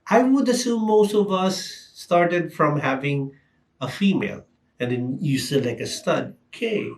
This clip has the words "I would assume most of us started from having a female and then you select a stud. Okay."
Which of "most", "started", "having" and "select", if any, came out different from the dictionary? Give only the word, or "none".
select